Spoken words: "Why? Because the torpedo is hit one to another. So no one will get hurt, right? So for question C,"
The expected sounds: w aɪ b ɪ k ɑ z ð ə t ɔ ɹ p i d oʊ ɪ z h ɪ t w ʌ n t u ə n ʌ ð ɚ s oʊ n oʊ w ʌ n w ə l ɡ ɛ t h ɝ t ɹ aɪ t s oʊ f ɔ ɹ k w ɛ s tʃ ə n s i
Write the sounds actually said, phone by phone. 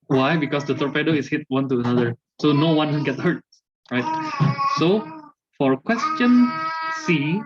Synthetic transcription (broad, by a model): w aɪ b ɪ k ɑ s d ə t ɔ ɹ p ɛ d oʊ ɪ s h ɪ t w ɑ n t u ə n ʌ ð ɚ s oʊ n oʊ w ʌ n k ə n ɡ ɛ t h ɝ t ɹ aɪ t s oʊ f ɔ ɹ k w ɛ s tʃ ə n s i